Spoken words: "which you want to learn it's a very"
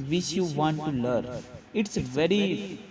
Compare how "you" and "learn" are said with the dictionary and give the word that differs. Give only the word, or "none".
learn